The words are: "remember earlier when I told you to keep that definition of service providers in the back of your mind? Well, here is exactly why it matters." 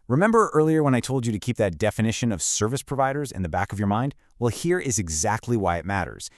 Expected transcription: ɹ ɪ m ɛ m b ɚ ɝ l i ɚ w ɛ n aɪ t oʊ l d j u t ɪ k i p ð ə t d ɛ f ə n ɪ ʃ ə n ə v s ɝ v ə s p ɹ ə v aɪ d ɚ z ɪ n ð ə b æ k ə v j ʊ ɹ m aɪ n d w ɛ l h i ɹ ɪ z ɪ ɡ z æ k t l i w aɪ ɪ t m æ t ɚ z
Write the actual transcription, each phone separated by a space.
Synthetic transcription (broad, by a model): ɹ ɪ m ɛ m b ɚ ɝ l i ɚ w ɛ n aɪ t oʊ l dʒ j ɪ t ɪ k i p ð ə t d ɛ f ə n ɪ ʃ ə n ə v s ɝ v ə s p ɹ ə v aɪ d ɚ z ɪ n ð ə b æ k ə v j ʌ ɹ m aɪ n d w ɛ l h i ɹ ɪ z ɪ ɡ z æ k t l i w aɪ ɪ t m æ t ɚ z